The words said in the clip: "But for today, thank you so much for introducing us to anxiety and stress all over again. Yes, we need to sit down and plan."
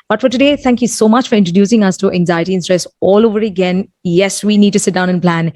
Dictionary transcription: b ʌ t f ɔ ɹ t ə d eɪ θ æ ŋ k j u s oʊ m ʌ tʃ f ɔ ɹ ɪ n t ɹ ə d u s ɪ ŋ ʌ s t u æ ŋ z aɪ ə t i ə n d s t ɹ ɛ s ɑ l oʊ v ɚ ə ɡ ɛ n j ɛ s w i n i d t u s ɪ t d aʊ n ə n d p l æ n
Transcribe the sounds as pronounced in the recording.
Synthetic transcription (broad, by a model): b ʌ t f ɔ ɹ t ə d eɪ t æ ŋ k j u s oʊ m ʌ tʃ f ɔ ɹ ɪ n t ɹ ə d u s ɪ ŋ ʌ s t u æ ŋ z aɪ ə t i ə n s t ɹ ɛ s ɑ l oʊ v ɚ ə ɡ ɛ n j ɛ s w i n i d t u s ɪ t d aʊ n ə n p l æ n